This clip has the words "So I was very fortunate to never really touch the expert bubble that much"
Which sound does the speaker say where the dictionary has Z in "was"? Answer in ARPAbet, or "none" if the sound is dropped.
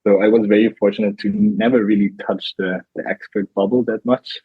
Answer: Z